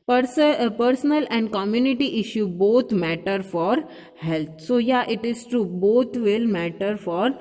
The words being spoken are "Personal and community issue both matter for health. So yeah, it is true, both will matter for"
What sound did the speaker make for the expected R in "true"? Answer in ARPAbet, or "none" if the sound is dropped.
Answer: none